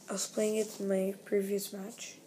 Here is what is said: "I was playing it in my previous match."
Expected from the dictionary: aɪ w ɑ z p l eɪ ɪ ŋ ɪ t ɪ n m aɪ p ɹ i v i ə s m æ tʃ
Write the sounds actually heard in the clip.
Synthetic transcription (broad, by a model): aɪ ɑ s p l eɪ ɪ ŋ ɪ t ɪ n m aɪ p ɹ i v i ə s m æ tʃ